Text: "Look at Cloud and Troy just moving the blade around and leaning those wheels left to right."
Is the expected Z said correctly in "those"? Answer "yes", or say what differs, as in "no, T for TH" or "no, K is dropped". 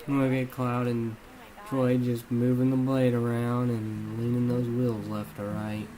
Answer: yes